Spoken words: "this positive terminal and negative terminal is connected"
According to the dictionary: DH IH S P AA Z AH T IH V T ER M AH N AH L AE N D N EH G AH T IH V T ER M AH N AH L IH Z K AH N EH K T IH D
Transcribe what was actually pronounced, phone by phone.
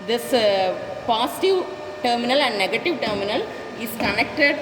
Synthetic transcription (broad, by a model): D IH S P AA S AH T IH V T ER M AH N AH L AE N D N EH G AH T IH V T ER M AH N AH L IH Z K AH N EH K T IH D